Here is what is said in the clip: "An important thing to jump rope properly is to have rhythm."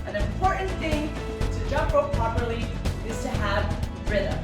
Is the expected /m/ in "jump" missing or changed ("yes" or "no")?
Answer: yes